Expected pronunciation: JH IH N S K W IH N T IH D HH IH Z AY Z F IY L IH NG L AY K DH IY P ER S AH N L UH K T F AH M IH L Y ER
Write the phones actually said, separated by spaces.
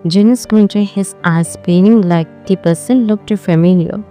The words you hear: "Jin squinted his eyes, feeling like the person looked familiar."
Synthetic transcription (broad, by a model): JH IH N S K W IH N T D HH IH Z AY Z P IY N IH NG L AY K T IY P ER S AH N L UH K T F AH M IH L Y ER